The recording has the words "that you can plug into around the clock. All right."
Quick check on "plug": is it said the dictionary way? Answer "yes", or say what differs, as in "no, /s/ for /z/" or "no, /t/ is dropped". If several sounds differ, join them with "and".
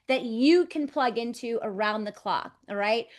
yes